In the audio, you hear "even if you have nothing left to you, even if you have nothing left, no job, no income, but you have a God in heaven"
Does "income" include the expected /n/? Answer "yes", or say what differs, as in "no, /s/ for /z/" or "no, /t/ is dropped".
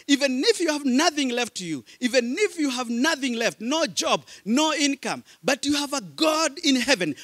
yes